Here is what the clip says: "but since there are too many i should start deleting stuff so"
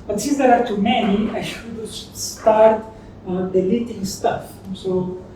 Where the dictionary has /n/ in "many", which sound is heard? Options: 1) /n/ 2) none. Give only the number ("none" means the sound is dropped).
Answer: 2